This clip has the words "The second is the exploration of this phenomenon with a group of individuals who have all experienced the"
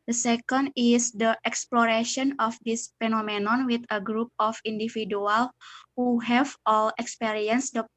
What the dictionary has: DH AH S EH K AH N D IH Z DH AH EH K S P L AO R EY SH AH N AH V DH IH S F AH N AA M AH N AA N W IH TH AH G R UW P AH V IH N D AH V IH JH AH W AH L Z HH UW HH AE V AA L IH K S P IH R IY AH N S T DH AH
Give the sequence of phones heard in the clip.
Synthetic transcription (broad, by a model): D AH S EH K AH N D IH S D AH EH K S P L AO R EY SH AH N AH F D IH S F AH N AA M AH N AA N W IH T AH G R UW P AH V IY N D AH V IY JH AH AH L HH UW HH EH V AA L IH K S P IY R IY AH N S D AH